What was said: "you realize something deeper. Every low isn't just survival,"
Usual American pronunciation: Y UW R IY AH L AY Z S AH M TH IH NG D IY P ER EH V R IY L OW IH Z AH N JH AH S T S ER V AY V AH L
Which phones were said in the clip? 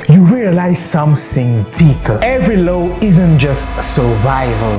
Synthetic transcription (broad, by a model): Y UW R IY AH L AY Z S AH M TH IH NG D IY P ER EH V R IY L OW IH Z AH N JH AH S T S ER V AY V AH L